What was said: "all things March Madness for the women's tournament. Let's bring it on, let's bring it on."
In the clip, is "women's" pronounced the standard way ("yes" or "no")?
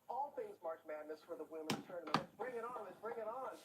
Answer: no